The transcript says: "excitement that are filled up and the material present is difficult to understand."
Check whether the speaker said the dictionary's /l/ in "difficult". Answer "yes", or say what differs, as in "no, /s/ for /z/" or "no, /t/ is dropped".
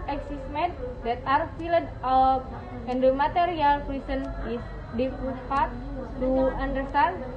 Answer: no, /l/ is dropped